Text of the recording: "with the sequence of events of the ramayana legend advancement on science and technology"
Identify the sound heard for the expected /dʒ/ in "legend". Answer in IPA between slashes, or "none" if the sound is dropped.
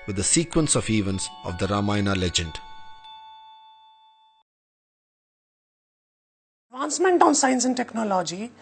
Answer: /dʒ/